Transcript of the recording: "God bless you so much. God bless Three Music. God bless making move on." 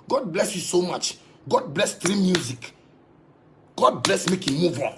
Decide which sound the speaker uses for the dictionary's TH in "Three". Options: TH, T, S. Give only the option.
T